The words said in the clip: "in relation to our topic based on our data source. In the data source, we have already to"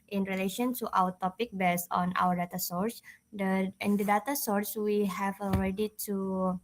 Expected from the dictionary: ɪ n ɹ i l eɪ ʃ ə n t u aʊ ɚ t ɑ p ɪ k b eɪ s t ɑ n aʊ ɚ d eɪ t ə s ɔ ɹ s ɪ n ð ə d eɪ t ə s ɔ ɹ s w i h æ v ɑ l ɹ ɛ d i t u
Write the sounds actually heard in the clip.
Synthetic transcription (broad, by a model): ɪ n ɹ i l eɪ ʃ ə n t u aʊ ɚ t ɑ p ɪ k b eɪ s ɑ n aʊ ɚ d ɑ t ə s ɔ ɹ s ɪ n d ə d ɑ t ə s ɔ ɹ s w i h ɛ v ɑ l ɹ ɛ d i t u